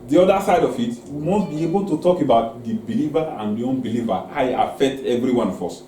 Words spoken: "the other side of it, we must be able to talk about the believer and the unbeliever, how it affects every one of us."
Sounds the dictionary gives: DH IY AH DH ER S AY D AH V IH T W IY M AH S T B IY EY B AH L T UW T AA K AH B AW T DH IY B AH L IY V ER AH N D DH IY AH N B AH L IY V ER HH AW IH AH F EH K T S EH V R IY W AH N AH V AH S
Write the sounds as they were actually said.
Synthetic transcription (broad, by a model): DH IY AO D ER S AY D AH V IH T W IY M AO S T B IY EY B AH L T UW T AA K AH B AW T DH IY B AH L IY V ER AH N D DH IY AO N B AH L IY V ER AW IH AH F EH K T EH V R IY W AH N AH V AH S